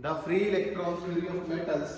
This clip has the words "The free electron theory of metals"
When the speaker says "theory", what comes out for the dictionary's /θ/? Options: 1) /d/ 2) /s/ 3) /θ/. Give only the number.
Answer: 2